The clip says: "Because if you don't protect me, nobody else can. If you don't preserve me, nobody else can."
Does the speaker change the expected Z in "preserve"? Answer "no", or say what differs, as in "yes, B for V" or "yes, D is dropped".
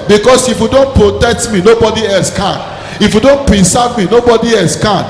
yes, S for Z